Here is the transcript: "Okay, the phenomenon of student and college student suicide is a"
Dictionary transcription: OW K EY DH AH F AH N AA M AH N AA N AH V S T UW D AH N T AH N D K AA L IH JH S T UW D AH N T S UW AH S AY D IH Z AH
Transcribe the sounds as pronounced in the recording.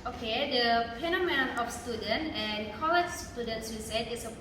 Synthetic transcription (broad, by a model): OW K EY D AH P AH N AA M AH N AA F S T UW D AH N T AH N K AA L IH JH S T UW D AH N T S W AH S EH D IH S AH